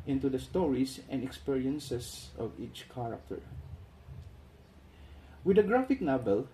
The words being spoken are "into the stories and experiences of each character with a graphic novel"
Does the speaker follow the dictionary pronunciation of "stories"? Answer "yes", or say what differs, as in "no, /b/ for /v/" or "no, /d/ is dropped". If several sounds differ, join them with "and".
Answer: no, /s/ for /z/